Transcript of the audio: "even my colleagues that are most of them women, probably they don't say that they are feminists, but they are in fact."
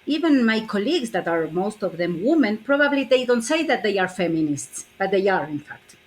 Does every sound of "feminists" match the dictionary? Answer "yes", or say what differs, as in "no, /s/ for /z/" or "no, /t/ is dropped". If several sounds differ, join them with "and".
yes